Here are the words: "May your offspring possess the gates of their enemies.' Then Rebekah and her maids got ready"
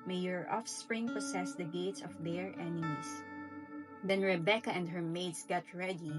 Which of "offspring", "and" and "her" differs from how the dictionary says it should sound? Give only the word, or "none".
none